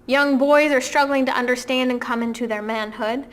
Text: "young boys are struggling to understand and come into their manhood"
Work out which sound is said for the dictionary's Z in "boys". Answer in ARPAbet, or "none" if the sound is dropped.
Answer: Z